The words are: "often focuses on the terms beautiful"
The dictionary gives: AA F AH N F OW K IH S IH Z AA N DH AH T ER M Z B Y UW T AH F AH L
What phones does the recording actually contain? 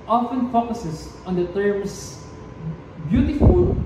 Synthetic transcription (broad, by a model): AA F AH N F OW K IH S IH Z AA N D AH T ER M S B Y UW T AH F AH L